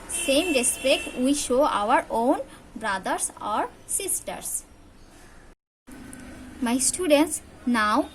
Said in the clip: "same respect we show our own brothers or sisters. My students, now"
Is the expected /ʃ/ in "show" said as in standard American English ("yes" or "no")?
yes